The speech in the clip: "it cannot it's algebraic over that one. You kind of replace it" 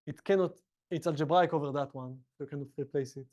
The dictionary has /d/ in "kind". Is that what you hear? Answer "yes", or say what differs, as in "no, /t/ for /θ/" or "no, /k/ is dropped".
no, /d/ is dropped